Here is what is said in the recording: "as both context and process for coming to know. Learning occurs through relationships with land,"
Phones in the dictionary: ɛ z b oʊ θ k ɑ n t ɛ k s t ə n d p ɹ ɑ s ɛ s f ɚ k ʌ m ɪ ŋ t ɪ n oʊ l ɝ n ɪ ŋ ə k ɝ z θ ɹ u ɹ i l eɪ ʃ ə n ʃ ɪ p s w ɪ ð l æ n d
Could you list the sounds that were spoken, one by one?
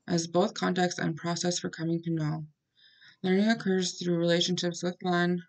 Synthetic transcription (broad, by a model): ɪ z b oʊ θ k ɑ n t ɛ k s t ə n p ɹ ɑ s ɛ s f ɚ k ʌ m ɪ ŋ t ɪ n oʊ l ɝ n ɪ ŋ ə k ɝ z θ ɹ u ɹ i l eɪ ʃ ə n ʃ ɪ p s w ɪ ð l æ n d